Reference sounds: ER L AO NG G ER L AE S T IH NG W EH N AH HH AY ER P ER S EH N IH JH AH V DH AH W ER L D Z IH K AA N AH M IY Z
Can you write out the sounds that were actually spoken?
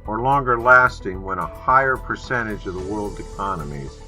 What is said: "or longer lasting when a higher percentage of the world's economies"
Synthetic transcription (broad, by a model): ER L AO NG G ER L AE S T IH NG W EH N AH HH AY ER P ER S EH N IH JH AH V DH AH W ER L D IH K AA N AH M IY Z